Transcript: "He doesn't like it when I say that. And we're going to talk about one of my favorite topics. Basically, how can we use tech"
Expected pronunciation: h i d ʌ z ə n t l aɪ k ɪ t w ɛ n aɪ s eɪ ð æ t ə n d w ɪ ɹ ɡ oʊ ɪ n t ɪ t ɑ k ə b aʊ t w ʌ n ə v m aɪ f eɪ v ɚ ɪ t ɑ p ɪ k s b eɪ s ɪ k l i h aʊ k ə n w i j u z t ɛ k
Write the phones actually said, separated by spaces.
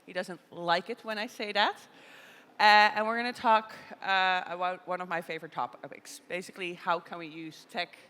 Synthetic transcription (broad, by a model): h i d ʌ z ə n t l aɪ k ɪ t w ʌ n aɪ s eɪ ð æ t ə n w ɪ ɹ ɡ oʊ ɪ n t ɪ t ɑ k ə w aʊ w ʌ n ə v m aɪ f eɪ v ɚ ɪ t ɑ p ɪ k s b eɪ s ɪ k l i h aʊ k ə n w i j u z t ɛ k